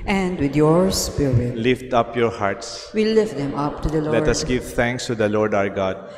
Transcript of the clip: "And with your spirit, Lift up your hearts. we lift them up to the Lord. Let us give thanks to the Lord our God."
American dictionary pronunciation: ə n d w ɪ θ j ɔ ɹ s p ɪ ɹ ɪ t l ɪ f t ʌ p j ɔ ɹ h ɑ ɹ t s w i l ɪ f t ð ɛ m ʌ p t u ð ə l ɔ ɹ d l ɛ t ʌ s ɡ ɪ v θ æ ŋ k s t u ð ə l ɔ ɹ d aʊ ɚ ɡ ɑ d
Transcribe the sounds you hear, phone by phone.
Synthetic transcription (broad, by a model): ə n d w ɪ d j ɔ ɹ s p ɪ ɹ ɪ t l ɪ f t ʌ p j ɔ ɹ h ɑ ɹ t s w i l ɪ f t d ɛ m ʌ p t u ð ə l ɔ l ɛ t ʌ s ɡ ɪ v t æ ŋ k s t u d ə l ɔ ɹ d aʊ ɚ ɡ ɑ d